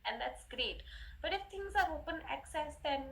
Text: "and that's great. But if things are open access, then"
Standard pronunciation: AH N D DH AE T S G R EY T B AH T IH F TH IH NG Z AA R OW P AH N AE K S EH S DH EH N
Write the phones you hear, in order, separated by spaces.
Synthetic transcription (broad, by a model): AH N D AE T S G R EY T B AH T IH F T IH NG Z AA R OW P AH N AE K S EH S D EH N